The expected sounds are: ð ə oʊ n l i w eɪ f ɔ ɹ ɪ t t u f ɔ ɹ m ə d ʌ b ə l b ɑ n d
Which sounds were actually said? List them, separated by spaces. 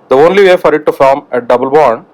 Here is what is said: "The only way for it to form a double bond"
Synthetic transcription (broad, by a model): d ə oʊ n l i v eɪ f ɔ ɹ ɪ t t u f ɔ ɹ m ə d ʌ b ə l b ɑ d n